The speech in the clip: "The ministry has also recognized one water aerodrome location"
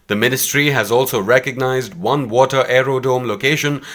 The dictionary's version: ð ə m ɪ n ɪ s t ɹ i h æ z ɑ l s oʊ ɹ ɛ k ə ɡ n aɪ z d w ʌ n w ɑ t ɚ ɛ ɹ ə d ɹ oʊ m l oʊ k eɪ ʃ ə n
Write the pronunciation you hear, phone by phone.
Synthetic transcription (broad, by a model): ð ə m ɪ n ɪ s t ɹ i h æ z ɑ l s oʊ ɹ ɛ k ə ɡ n aɪ z d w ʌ n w ɑ t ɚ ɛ ɹ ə d oʊ m l oʊ k eɪ ʃ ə n